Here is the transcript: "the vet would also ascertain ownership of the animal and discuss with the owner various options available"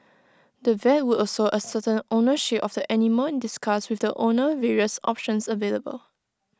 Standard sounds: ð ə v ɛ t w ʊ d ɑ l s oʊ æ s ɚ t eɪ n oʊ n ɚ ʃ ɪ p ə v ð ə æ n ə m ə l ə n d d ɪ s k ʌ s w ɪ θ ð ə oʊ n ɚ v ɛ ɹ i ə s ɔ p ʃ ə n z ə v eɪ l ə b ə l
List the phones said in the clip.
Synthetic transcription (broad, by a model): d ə v ɛ t w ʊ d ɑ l s oʊ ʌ s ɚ t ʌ n oʊ n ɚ ʃ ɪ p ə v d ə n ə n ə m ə n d d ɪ s k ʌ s w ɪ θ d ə oʊ n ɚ v ɛ ɹ i ə s ɔ p ʃ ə n s ə v eɪ l ə b ə l